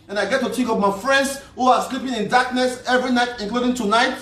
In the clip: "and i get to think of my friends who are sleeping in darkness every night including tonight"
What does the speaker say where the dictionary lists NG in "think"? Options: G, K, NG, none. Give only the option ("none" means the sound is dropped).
none